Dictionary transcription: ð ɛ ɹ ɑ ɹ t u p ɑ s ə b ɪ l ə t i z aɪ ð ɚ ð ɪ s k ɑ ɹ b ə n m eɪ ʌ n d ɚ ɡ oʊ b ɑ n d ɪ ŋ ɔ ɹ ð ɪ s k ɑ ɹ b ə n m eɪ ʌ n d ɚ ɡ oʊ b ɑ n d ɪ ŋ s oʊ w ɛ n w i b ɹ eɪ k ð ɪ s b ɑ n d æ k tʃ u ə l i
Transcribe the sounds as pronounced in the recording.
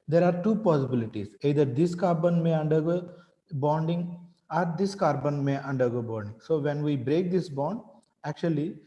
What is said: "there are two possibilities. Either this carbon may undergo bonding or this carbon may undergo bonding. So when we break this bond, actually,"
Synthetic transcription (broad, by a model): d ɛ ɹ ɑ ɹ t u p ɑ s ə b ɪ l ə t i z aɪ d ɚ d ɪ s k ɑ ɹ b ə n m eɪ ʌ n d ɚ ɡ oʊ b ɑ n d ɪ ŋ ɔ ɹ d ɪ s k ɑ ɹ b ə n m eɪ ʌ n d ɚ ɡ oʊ b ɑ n d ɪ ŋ s oʊ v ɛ n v i b ɹ eɪ k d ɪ s b ɑ n d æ k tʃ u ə l i